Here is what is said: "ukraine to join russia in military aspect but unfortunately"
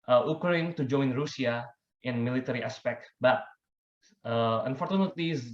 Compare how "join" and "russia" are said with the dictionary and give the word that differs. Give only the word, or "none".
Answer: russia